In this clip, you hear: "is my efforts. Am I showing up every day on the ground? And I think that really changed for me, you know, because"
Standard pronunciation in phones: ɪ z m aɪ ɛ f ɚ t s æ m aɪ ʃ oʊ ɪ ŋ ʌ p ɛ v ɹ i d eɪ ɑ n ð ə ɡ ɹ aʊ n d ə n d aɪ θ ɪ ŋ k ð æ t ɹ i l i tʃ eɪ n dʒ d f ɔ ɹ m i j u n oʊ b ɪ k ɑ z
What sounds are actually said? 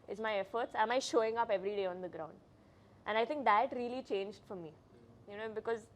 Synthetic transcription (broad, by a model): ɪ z m aɪ ɛ f ɚ t s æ m aɪ ʃ oʊ ɪ ŋ ʌ p ɛ v ɹ i d eɪ ɑ n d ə ɡ ɹ aʊ n d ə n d aɪ t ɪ ŋ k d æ t ɹ i l i tʃ eɪ n dʒ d f ɔ ɹ m i j u n oʊ b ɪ k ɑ z